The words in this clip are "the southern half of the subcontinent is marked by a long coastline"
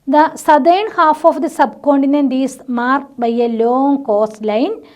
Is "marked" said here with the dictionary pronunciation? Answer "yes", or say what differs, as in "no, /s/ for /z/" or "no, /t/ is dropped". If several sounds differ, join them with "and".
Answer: no, /k/ is dropped